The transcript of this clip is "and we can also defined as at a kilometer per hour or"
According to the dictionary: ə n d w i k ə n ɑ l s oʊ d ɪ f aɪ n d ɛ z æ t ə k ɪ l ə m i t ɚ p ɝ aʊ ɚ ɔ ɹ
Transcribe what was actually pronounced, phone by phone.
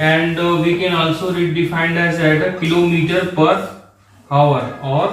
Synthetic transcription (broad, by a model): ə n d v i k ə n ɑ l s oʊ d ɪ f aɪ n d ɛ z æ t ə k ɪ l ə m i t ɚ p ɝ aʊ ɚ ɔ ɹ